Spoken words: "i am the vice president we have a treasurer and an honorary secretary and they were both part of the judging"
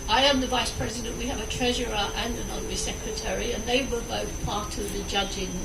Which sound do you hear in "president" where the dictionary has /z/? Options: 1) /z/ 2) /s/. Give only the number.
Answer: 1